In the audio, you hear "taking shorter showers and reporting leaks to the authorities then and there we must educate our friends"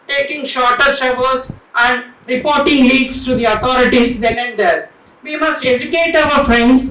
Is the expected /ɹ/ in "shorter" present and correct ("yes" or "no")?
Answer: yes